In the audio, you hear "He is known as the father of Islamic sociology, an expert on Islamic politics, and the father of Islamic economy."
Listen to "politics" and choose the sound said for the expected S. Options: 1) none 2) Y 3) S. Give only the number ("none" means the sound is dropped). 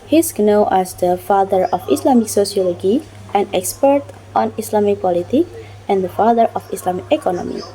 1